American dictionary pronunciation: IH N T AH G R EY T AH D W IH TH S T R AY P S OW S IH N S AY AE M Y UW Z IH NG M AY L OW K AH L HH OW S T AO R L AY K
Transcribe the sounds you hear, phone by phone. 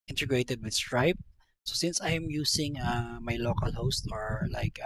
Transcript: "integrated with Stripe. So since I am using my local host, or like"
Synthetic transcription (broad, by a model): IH N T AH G R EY T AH D W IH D S T R AY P S OW S IH N S AY M Y UW S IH NG M AY L OW K AH L HH OW S T AO R L AY K